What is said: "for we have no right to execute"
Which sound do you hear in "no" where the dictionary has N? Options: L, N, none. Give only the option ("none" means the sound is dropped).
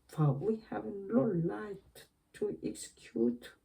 L